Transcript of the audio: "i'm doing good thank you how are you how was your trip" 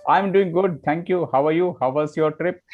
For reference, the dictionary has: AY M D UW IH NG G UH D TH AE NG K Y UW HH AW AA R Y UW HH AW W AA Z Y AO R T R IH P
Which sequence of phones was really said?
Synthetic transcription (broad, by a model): AY M D UW IH NG G UH D T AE NG K Y UW HH AW AA R Y UW HH AW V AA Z Y AO R T R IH P